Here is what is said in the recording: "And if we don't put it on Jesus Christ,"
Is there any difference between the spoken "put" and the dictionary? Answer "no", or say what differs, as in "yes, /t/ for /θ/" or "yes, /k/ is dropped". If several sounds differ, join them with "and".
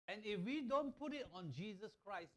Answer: no